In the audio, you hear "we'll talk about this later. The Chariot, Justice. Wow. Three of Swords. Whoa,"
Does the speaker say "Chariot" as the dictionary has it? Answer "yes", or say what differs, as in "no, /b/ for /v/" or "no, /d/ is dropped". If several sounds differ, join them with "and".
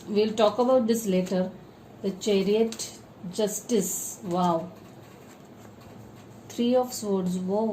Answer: yes